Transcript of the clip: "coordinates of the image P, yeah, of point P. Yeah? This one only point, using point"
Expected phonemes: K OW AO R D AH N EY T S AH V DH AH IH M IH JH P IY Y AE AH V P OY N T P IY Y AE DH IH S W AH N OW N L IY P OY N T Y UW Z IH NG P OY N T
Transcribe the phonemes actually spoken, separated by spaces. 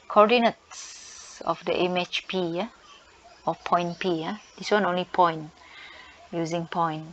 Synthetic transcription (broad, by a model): K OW AO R D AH N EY T S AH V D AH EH M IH CH P IY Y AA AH P OY N P IY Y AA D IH S W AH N OW N L IY P OY N Y UW Z IH NG P OY N